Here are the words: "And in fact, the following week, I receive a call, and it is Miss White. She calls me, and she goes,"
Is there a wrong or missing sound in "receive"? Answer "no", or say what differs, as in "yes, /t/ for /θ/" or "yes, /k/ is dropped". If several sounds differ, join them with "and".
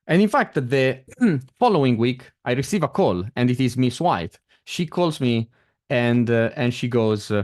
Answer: no